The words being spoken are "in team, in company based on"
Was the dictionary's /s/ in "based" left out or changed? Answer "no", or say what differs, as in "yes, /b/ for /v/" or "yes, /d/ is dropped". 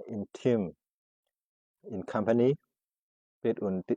yes, /s/ is dropped